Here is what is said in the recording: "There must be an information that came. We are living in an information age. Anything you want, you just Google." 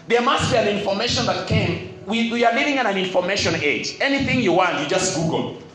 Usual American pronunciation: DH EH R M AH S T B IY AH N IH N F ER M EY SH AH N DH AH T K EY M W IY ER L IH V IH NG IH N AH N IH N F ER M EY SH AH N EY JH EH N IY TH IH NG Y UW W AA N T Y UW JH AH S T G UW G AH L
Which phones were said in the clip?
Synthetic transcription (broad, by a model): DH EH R M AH S T B IY AH N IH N F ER M EY SH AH N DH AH T K EY M W IY ER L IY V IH NG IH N AH N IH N F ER M EY SH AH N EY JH EH N IY TH IH NG Y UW W AA N T Y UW JH AH S T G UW G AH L